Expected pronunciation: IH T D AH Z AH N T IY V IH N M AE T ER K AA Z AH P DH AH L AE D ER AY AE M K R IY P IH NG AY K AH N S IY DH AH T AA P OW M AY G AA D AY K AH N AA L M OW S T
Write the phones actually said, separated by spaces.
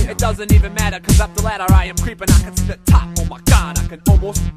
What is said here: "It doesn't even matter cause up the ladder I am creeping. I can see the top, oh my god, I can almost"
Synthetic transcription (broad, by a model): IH T D AH Z AH N T IY V IH N M AE T ER K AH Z AH P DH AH L AE D ER AY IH M K R IY P IH NG AY K AH N S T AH T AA F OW M AY G AA D AY K AH N AA L M OW S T